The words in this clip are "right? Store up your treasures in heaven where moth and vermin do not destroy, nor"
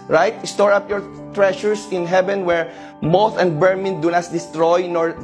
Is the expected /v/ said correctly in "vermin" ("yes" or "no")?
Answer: no